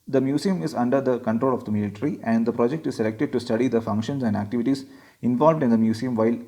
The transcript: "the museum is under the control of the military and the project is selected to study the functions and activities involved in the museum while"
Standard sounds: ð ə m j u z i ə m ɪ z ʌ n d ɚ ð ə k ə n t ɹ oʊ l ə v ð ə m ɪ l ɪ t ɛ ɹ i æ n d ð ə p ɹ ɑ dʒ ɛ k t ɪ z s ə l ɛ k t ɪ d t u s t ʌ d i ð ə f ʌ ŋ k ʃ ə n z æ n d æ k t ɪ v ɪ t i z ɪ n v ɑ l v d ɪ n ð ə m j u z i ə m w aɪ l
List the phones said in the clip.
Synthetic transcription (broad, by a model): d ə m j u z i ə m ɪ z ʌ n d ɚ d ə k ə n t ɹ oʊ l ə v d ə m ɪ l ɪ t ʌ ɹ i æ n d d ə p ɹ ɑ dʒ ɛ k t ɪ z s ə l ɛ k t ɪ d t u s t ʌ d i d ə f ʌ ŋ k ʃ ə n s æ n d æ k t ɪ v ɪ t i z ɪ n v ɑ l v d ɪ n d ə m j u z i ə m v aɪ l